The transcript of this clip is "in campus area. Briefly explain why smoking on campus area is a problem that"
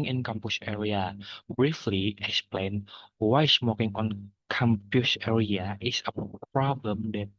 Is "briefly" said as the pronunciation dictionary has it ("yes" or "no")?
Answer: yes